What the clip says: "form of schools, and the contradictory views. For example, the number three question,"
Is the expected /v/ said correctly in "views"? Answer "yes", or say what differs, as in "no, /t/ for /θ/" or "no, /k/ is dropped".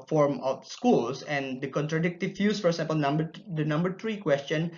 no, /f/ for /v/